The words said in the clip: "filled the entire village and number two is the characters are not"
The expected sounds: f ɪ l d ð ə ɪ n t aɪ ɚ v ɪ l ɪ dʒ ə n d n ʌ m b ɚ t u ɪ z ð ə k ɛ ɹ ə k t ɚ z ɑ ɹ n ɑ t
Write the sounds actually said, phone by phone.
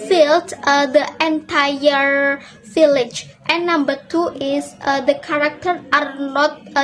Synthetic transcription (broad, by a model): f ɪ l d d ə ɪ n t aɪ ɚ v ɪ l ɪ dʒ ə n n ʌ m b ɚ t u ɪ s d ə k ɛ ɹ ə k t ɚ ɑ ɹ n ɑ t